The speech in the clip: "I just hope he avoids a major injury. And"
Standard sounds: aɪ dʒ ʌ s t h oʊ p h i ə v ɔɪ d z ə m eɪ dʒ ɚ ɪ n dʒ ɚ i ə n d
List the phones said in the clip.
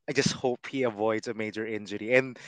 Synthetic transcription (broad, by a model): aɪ dʒ ʌ s t h oʊ p h i ə v ɔɪ d z ə m eɪ dʒ ɚ ɪ n dʒ ɚ i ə n